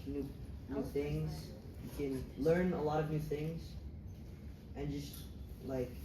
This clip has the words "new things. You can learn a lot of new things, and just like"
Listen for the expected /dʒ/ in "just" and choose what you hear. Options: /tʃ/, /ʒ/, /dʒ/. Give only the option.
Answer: /dʒ/